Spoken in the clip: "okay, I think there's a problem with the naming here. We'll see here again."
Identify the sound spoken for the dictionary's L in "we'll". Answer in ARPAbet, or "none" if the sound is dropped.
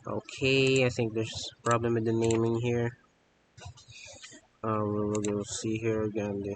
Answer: N